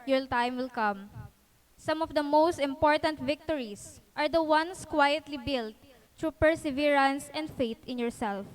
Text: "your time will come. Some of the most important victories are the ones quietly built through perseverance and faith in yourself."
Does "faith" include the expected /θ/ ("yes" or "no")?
no